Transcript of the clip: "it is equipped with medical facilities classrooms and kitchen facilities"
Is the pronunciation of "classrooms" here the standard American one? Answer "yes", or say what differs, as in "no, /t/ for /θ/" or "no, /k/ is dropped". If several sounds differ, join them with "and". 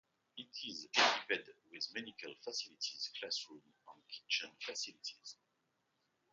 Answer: no, /z/ is dropped